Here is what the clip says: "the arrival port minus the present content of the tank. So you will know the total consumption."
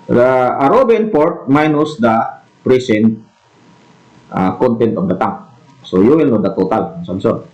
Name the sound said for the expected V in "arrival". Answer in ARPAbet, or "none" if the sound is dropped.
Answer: B